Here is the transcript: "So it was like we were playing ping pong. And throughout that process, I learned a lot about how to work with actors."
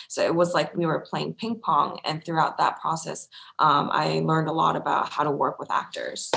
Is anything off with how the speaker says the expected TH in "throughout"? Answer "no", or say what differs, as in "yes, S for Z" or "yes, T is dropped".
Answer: no